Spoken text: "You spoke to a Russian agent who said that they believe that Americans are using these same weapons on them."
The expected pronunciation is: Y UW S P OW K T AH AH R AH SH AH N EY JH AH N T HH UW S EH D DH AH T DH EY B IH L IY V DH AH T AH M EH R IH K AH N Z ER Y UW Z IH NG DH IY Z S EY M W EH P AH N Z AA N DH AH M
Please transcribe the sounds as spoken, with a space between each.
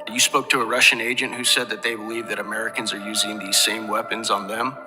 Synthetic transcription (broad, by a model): Y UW S P OW K T AH AH R AH SH AH N EY JH AH N T HH UW S EH D DH AH T DH EY B IH L IY V DH AH T AH M EH R IH K AH N Z ER Y UW Z IH NG DH IY Z S EY M W EH P AH N Z N DH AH M